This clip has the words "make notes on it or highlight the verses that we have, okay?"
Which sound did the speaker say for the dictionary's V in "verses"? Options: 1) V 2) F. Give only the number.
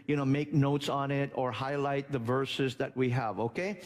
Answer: 1